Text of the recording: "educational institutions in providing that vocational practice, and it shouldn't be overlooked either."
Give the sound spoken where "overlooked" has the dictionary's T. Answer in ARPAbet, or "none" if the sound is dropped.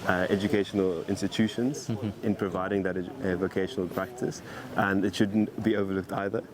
T